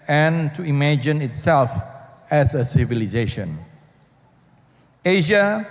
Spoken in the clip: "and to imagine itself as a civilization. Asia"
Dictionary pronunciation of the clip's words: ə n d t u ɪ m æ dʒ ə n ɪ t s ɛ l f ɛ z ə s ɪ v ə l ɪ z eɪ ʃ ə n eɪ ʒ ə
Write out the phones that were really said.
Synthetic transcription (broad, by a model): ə n t u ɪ m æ dʒ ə n ɪ t s ɛ l f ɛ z ə s ɪ v ə l ɪ z eɪ ʃ ə n eɪ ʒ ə